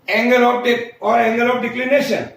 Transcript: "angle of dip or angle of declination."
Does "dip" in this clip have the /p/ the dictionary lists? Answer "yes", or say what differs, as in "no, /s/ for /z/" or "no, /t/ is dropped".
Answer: no, /p/ is dropped